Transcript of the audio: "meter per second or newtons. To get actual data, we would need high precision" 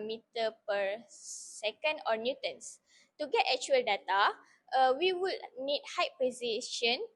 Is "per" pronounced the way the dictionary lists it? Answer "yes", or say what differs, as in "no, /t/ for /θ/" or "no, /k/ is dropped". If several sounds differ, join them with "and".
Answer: yes